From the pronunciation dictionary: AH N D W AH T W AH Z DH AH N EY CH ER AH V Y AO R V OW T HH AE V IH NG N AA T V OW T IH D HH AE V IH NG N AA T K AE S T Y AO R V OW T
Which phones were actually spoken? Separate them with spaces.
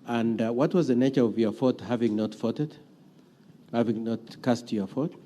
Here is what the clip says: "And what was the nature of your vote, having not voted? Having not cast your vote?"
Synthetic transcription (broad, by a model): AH N D W AH T W AH Z DH AH N EY CH ER AH V Y AO R F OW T HH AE V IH NG N AA T F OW T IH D HH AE V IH NG N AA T K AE S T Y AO R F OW T